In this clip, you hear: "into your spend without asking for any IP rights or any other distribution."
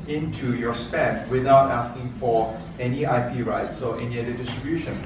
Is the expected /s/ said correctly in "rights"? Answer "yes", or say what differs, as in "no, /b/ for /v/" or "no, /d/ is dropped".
yes